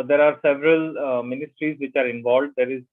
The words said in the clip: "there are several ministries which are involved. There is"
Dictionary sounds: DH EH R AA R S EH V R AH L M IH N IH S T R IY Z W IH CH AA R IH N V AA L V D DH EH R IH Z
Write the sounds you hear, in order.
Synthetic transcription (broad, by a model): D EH R AA R S EH V R AH L M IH N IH S T R IY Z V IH CH AA R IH N V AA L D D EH R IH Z